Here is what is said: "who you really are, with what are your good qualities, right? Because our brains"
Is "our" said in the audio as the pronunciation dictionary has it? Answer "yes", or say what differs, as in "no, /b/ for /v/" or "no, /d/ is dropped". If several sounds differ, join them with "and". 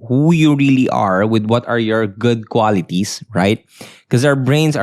no, /w/ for /ɹ/